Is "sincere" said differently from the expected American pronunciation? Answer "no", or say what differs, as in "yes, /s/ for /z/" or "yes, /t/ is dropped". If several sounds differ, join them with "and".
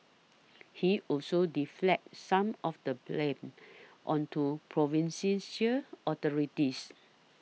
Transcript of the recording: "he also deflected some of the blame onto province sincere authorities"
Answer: yes, /n/ is dropped